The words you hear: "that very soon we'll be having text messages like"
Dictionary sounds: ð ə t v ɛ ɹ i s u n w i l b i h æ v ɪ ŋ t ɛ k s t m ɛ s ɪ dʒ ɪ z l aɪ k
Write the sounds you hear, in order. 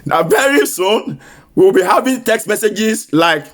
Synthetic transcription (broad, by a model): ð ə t v ɛ ɹ i s u n w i w b i h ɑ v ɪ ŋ t ɛ k s t m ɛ s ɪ dʒ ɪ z l aɪ k